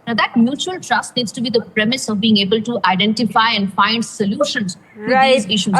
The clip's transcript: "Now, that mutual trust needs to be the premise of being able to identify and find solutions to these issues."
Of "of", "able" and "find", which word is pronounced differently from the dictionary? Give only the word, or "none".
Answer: none